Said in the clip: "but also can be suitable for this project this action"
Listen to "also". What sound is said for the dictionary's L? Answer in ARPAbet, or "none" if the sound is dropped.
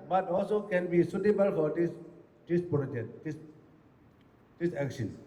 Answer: L